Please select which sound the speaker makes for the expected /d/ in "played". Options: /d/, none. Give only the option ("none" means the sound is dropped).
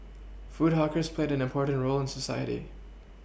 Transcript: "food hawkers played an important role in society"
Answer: /d/